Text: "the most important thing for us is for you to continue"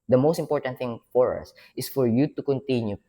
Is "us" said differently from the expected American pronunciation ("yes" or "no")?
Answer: no